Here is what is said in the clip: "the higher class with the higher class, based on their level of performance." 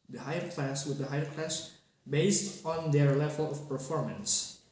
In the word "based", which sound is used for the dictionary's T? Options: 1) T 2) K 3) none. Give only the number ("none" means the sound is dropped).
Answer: 1